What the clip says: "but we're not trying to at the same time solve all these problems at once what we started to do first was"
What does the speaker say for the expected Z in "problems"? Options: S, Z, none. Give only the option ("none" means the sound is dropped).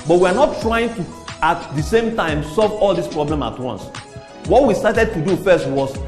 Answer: none